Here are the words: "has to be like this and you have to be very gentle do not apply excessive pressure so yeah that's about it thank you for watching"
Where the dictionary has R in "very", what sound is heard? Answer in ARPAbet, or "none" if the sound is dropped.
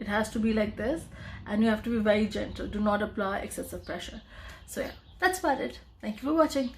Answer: R